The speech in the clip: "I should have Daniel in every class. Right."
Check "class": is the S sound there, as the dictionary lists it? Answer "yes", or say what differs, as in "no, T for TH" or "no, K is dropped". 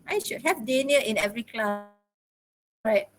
no, S is dropped